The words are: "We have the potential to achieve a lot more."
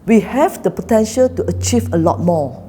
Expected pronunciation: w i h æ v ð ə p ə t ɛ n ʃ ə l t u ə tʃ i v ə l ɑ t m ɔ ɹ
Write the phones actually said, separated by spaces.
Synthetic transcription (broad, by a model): w i h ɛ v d ə p ə t ɛ n ʃ ə l t u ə tʃ i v ə l ɑ t m ɔ